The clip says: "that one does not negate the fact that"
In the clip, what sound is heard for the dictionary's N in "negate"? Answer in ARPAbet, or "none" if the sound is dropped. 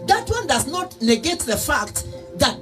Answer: L